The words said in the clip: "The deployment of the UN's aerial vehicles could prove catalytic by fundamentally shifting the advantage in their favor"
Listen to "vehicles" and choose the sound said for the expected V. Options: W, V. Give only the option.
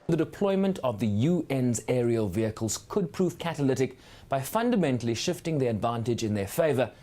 V